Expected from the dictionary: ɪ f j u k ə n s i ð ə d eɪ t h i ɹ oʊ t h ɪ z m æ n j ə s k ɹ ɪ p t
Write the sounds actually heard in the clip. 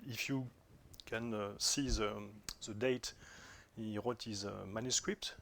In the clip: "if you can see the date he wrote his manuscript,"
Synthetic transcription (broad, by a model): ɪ f j u k ə n s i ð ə d eɪ t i w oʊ t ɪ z m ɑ n j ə s k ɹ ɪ p t